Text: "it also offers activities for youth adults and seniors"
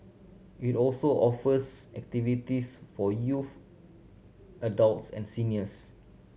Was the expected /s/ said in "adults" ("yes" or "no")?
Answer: yes